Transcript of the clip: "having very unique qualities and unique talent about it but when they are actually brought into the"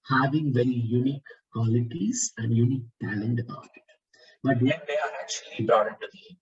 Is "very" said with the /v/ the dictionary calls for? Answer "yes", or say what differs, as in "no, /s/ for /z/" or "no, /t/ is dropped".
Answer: yes